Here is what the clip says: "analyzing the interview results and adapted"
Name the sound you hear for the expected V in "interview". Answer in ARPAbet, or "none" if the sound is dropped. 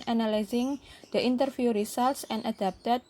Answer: F